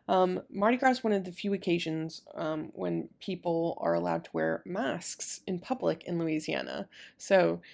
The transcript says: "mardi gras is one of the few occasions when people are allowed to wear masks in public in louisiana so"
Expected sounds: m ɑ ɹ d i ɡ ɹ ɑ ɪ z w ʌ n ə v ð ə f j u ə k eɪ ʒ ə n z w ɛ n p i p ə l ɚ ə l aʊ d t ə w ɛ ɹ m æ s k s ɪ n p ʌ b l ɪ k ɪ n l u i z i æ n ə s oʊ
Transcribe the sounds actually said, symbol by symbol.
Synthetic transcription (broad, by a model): m ɑ ɹ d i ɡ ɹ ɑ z w ʌ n ə v ð ə f j u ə k eɪ ʒ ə n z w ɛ n p i p l ɚ ə l aʊ d t ə w ɛ ɹ m æ s k s ɪ n p ʌ b l ɪ k ɪ n l u i z i æ n ə s oʊ